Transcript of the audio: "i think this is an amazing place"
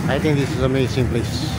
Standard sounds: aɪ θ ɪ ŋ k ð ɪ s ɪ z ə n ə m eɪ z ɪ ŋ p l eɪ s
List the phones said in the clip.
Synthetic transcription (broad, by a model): aɪ t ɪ ŋ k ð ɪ s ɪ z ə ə m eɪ s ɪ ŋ p l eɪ s